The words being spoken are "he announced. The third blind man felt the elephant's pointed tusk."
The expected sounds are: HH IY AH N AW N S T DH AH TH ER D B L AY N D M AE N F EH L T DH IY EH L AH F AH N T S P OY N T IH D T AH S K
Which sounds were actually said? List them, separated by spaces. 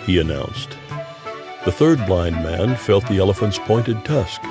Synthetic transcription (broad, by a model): HH IY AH N AW N S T DH AH TH ER D B L AY N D M AE N F EH L T DH IY EH L AH F AH N T S P OY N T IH D T AH S K